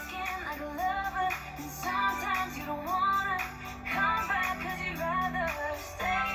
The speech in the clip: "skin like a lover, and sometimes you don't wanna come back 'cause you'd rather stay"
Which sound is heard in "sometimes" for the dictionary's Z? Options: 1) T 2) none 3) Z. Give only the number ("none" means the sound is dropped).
3